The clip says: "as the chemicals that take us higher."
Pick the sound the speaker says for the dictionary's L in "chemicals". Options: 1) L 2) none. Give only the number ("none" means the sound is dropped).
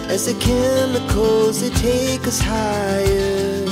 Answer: 2